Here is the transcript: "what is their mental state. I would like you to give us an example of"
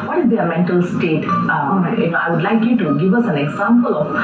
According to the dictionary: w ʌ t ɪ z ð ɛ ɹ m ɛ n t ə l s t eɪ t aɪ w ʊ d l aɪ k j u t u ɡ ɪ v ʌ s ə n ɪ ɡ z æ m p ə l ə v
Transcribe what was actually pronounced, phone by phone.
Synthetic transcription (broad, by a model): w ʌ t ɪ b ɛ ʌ m ɛ n t ə l s t eɪ t aɪ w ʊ d l aɪ k j u t u ɡ ɪ v ʌ s ə n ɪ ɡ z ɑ m p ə l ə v